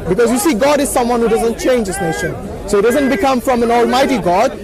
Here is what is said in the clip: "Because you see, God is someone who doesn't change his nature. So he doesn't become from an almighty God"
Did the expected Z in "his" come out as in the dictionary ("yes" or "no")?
no